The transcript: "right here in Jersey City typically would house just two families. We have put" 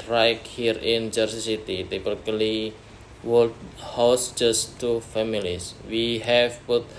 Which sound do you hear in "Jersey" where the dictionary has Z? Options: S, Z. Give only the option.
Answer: S